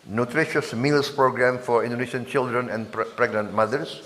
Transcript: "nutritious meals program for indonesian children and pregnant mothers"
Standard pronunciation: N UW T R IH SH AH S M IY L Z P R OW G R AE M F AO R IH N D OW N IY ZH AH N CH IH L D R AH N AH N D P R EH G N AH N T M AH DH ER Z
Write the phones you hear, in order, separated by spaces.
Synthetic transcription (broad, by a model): N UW T R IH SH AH S M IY L S P R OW G R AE M F AO R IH N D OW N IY SH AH N CH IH L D R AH N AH N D P R EH G N AH N T M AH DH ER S